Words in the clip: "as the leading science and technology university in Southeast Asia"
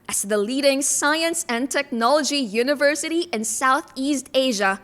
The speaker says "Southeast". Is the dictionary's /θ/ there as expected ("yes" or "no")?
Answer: yes